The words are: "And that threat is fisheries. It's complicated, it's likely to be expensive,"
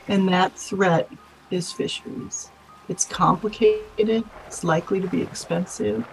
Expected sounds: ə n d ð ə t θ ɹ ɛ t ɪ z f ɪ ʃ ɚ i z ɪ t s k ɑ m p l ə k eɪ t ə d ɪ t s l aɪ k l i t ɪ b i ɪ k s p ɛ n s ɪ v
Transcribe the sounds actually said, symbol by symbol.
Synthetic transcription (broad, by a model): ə n ð ə t θ ɹ ɛ t ɪ z f ɪ ʃ ɚ i z ɪ t s k ɑ m p l ə k eɪ t ə d ɪ t s l aɪ k l i t ɪ b i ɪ k s p ɛ n s ɪ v